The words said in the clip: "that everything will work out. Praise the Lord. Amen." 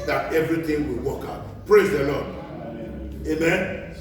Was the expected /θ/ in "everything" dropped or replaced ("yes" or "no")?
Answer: yes